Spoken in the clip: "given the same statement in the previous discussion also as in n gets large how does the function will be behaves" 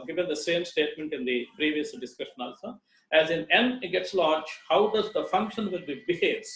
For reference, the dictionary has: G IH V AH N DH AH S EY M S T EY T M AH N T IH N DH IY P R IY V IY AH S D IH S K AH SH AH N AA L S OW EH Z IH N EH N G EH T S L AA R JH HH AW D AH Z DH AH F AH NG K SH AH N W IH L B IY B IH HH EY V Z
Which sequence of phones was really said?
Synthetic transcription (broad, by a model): G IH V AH N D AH S EY M S T EY T M AH N T IH N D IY P R IY V IY AH S D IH S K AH SH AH N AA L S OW EH Z IH N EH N G EH T S L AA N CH HH AW D AH Z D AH F AH NG K SH AH N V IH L B IY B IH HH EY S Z